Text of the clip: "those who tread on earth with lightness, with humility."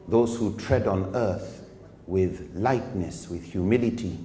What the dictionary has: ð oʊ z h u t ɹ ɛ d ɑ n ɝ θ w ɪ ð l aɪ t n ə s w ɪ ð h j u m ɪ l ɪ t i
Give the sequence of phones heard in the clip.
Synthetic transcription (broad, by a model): ð oʊ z h u t ɹ ɛ d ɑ n ɝ θ w ɪ ð l aɪ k n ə s w ɪ ð h j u m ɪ l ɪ t i